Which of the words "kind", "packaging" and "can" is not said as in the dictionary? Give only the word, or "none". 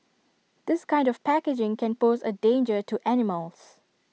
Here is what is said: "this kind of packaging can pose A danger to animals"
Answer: none